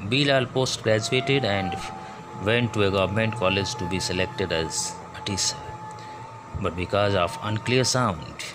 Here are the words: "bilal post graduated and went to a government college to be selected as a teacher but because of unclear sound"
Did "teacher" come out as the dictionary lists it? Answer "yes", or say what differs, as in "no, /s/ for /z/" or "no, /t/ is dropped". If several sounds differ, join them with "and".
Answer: no, /s/ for /tʃ/